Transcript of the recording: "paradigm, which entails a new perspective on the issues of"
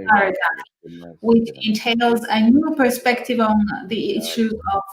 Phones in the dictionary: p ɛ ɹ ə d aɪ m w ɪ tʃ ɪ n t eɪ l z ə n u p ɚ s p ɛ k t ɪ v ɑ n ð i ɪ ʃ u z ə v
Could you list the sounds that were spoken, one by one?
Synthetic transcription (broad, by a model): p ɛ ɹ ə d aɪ w ɪ tʃ ɪ n t eɪ l z ə n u p ɚ s p ɛ k t ɪ v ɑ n ð i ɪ ʃ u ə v